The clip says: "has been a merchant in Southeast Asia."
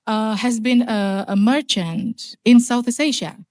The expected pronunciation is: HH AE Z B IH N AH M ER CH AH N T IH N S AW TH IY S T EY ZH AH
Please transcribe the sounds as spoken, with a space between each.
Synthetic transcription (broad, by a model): HH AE Z B IH N AH M ER CH AH N T IH N S AW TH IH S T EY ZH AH